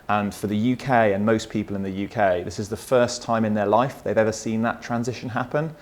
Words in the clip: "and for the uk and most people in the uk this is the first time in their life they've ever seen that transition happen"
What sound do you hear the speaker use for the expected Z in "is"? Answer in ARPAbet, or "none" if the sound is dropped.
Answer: Z